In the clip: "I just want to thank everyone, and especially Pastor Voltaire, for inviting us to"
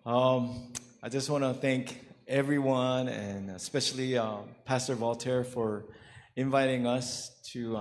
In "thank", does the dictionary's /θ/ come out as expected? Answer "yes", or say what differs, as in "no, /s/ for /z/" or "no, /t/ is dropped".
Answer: yes